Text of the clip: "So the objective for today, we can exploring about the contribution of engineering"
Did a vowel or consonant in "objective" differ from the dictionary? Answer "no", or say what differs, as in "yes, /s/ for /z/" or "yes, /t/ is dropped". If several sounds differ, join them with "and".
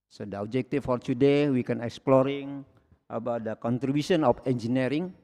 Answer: yes, /f/ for /v/